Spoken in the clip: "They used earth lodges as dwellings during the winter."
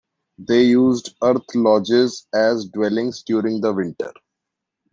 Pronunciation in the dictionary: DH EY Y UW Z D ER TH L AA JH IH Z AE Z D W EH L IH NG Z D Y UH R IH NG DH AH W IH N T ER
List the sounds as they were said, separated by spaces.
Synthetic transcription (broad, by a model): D EY Y UW Z D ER T L AA JH IH Z AE Z D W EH L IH NG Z D Y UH R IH NG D AH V IH N T ER